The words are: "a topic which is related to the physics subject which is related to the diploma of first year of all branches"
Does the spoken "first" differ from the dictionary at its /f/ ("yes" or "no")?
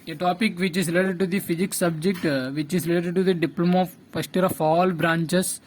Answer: yes